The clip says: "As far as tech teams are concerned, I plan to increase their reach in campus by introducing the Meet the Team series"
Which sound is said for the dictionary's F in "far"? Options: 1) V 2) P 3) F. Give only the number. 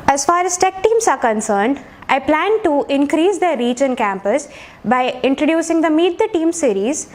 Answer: 3